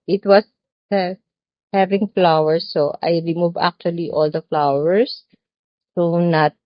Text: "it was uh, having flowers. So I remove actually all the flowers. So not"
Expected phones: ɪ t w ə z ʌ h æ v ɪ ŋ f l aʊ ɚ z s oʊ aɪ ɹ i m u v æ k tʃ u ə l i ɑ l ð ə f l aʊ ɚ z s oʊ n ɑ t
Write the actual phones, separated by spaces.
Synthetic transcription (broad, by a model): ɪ t w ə s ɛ h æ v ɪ ŋ f l aʊ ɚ s oʊ aɪ ɹ i m u v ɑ k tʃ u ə l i ɑ l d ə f l aʊ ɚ s oʊ n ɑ t